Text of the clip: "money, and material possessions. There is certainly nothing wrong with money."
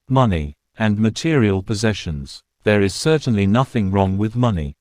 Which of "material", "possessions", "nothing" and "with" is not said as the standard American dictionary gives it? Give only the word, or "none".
none